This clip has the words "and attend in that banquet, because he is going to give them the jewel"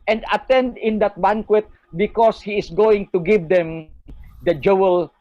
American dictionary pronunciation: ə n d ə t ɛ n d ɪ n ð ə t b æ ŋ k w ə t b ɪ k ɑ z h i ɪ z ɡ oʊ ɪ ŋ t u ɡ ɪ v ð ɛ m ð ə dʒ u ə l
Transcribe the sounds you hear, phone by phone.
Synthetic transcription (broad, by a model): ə n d ə t ɛ n d ɪ n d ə t b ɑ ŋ k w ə t b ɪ k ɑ s h i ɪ s ɡ oʊ ɪ ŋ t u ɡ ɪ v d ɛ m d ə dʒ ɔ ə l